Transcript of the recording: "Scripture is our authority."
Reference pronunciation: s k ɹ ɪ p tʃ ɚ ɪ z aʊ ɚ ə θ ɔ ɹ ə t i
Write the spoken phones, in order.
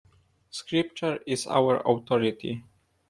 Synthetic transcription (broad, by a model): s k ɹ ɪ p tʃ ɚ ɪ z aʊ ɚ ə t ɔ ɹ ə t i